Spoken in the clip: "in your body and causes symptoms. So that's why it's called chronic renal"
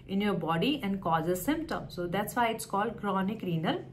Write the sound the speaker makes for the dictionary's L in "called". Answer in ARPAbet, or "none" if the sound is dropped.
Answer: L